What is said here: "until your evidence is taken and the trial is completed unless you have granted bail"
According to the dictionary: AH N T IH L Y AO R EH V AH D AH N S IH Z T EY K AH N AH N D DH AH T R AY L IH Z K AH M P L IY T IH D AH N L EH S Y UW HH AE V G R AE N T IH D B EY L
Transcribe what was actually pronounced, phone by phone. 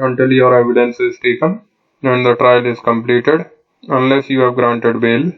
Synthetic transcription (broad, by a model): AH N T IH L Y AO R EH V AH D AH N S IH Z T EY K AH N AH N D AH T R AY L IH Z K AH M P L IY T IH D AH N L EH S Y UW HH AE V G R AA N T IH D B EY L